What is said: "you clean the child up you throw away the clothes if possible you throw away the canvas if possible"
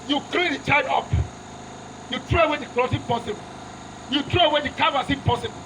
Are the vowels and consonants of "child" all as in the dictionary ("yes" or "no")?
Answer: no